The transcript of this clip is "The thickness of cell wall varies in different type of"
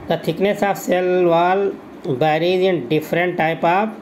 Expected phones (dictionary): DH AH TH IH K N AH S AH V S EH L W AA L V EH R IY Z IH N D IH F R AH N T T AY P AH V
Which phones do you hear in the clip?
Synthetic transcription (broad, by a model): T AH T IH K N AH S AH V S EH L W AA L B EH R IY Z IH N D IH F R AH N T T AY P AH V